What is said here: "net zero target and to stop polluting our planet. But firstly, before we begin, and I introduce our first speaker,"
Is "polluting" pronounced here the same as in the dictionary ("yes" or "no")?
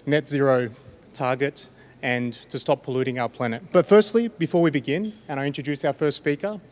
yes